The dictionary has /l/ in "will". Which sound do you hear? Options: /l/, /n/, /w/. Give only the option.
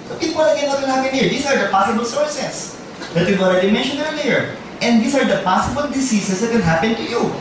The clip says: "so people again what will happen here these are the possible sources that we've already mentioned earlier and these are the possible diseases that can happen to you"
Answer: /n/